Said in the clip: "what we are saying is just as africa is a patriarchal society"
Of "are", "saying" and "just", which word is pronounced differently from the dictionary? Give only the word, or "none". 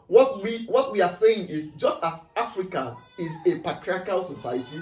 are